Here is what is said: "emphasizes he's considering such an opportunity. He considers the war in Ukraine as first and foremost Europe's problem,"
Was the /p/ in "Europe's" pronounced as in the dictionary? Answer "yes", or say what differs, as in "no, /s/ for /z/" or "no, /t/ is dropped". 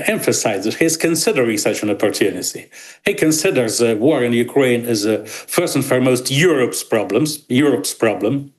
yes